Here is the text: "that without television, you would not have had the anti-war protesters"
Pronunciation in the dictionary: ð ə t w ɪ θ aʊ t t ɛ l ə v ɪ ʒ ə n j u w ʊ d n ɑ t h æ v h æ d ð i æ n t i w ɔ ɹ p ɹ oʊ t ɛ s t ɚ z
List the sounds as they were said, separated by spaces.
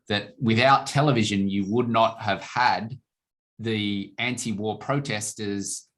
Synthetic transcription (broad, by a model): ð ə t w ɪ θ aʊ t t ɛ l ə v ɪ ʒ ə n j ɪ w ʊ d n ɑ t h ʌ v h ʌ d ð i æ n t i w ɔ ɹ p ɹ oʊ t ɛ s t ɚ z